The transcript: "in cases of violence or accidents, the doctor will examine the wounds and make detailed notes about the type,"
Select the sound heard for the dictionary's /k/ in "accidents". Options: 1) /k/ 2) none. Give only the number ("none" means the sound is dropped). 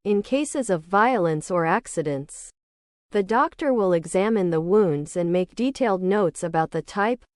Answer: 1